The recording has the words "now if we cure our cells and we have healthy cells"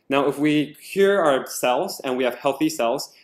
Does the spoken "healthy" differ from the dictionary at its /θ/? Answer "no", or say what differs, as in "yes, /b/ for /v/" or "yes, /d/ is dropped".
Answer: no